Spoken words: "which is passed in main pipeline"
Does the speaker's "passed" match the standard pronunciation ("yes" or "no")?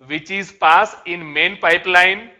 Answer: no